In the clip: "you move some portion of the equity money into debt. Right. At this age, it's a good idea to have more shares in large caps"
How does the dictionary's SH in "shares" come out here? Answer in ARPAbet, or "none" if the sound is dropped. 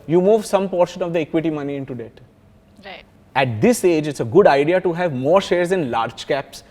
SH